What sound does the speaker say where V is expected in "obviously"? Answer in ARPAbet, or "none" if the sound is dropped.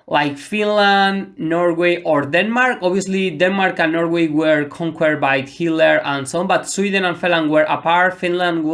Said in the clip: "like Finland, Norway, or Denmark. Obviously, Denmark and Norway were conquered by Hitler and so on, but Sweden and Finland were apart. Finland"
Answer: none